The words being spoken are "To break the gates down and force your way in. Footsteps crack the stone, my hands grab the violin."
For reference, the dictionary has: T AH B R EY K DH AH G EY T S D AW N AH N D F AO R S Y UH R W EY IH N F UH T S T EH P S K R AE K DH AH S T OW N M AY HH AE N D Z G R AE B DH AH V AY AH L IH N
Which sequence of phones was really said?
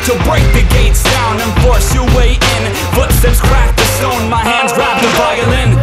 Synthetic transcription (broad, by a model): T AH B R EY K DH AH G EY T S D AW N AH N F AO R S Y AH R W EY IH N F UH T S T EH P S K R AE K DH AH S T OW N M AY HH AE N D Z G R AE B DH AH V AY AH L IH N